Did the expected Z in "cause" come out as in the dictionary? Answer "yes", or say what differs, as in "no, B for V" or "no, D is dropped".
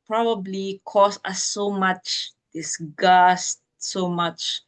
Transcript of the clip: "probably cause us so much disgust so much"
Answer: no, S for Z